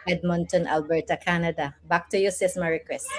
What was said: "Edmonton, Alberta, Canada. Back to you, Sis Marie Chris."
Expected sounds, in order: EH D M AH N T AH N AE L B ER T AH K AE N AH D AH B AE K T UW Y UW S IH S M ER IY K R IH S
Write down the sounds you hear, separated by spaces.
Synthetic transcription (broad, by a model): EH D M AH N T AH N AE L B ER T AH K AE N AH D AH B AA K T UW Y UW S IH S M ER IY K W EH S